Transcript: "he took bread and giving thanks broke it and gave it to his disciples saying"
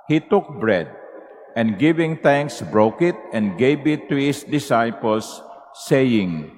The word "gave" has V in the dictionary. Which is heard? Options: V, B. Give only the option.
B